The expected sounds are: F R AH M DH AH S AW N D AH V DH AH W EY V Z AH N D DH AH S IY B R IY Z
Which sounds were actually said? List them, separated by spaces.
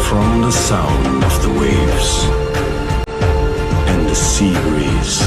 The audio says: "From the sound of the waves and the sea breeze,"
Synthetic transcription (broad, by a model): F R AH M DH AH S AW N D AH V DH AH W EY V Z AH N DH AH S IY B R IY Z